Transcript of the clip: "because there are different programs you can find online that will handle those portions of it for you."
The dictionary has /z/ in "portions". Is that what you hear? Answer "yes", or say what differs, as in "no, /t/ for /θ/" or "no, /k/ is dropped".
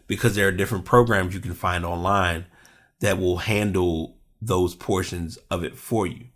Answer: yes